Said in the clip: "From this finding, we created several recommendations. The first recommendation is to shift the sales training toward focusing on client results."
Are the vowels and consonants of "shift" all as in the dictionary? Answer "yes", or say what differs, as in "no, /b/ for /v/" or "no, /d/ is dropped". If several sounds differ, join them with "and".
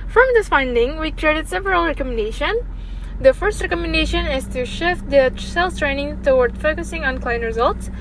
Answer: yes